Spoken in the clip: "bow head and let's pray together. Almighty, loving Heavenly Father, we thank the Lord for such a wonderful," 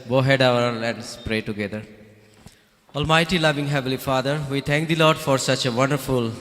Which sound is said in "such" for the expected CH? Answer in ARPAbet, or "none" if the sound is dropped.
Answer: CH